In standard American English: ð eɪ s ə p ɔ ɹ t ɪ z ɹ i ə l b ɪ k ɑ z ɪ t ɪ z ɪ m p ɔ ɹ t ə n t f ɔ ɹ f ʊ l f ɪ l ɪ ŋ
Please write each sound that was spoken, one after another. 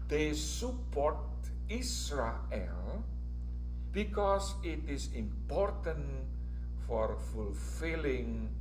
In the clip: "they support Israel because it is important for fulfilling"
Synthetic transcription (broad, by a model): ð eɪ s ə p ɔ ɹ t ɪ s ɹ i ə l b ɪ k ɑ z ɪ t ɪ s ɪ m p ɔ ɹ t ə n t f ɔ ɹ f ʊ l f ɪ l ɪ ŋ